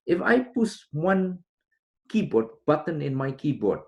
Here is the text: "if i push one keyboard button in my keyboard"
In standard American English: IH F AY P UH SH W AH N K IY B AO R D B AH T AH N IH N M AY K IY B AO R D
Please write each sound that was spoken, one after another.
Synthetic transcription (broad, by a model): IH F AY P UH S W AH N K IY B AO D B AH T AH N IH N M AY K IY B AO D